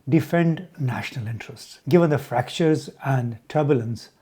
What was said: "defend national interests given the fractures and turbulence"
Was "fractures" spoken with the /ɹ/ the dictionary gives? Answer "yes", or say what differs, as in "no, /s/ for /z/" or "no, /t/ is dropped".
yes